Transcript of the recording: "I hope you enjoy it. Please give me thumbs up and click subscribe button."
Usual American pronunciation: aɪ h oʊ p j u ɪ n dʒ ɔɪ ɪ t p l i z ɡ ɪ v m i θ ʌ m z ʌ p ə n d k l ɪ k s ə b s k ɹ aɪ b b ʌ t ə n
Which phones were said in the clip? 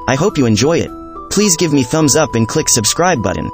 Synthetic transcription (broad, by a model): aɪ h oʊ p j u ɪ n dʒ ɔɪ ɪ t p l i z ɡ ɪ v m i θ ʌ m z ʌ p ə n k l ɪ k s ə b s k ɹ aɪ b b ʌ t n